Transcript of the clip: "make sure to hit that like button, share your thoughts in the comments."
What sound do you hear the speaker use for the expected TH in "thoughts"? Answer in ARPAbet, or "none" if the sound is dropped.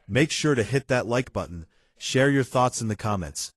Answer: TH